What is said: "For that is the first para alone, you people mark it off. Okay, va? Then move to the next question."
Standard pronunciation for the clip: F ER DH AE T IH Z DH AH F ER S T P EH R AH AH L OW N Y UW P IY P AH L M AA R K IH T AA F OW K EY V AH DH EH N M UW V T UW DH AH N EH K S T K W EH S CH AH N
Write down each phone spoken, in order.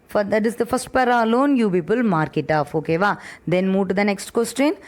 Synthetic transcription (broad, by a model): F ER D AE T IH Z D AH F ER S T P EH R AH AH L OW N Y UW P IY P AH L M AA R K IH T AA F OW K EY V AH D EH N M UW V T UW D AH N EH K S T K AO S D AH N